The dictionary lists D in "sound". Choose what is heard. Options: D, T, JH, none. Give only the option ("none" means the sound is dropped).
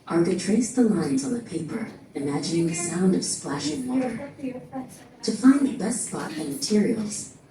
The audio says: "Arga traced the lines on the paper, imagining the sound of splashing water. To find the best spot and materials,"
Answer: D